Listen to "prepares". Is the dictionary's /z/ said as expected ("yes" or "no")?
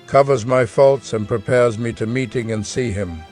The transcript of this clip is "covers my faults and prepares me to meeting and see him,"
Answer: yes